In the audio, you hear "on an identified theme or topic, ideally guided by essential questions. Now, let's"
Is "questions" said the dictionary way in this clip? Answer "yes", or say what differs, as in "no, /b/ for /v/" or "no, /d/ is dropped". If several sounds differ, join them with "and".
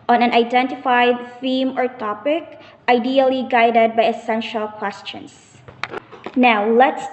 no, /s/ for /z/